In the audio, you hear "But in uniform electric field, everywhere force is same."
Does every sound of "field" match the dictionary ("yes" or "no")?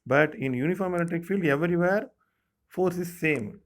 yes